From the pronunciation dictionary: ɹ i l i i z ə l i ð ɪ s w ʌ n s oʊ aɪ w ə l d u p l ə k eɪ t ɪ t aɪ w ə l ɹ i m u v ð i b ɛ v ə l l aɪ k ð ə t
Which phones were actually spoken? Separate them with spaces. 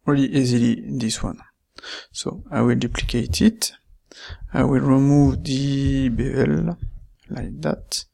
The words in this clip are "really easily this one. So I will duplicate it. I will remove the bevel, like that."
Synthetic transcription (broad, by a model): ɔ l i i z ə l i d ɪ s w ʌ n s oʊ aɪ w ə l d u p l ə k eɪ t ɪ t aɪ w ə l ɹ i m u v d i b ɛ ə l l aɪ k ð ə t